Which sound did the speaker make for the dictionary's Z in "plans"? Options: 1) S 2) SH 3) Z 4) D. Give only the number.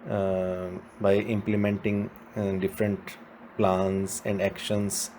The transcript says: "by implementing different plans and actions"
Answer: 1